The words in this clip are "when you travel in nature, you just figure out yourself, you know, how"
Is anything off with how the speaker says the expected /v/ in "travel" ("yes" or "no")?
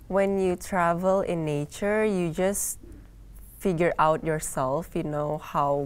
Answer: no